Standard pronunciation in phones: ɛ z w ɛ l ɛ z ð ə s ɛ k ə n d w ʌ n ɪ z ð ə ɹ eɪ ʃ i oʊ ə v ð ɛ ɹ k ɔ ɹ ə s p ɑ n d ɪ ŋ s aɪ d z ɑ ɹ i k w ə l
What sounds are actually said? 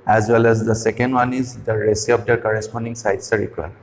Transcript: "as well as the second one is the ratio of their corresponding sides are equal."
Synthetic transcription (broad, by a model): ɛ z w ɛ l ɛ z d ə s ɛ k ə n d w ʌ n ɪ z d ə ɹ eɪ s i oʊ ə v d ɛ ɹ k ɔ ɹ ə s p ɑ n d ɪ ŋ s aɪ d s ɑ ɹ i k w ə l